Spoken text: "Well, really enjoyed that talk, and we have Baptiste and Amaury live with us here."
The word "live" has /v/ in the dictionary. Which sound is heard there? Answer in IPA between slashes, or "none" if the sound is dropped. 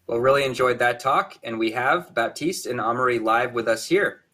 /v/